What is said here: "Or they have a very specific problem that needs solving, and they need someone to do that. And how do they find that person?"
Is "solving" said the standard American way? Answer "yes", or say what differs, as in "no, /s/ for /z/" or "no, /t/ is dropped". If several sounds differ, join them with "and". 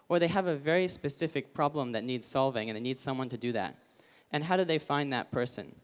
yes